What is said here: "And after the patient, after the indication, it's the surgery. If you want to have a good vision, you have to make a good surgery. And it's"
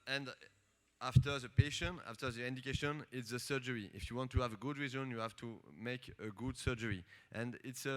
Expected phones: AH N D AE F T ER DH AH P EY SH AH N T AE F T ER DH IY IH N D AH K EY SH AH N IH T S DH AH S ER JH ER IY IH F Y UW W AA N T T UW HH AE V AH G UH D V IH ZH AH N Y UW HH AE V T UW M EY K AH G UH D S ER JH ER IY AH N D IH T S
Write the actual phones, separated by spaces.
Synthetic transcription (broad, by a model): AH N D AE F T ER DH AH P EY SH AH N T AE F T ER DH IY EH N D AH K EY SH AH N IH T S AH S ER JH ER IY IH F Y UW W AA N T T UW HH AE V AH G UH D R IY Z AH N Y UW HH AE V T UW M EY K AH G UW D S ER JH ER IY AH N D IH T S